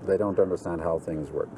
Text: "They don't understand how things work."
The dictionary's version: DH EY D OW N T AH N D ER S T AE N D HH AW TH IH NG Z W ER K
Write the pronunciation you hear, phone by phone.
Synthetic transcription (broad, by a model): DH EY D OW N T AH N D ER S T AE N D HH AW TH IH NG Z W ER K